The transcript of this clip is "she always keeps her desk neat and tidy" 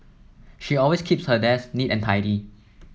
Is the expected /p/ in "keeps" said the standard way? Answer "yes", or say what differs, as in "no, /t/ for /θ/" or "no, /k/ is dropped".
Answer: yes